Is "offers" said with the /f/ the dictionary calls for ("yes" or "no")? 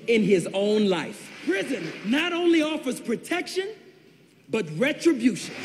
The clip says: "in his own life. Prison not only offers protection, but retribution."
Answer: yes